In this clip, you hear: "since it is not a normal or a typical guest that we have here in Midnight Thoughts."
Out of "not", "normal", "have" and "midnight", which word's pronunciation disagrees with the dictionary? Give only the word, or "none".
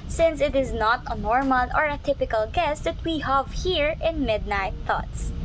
none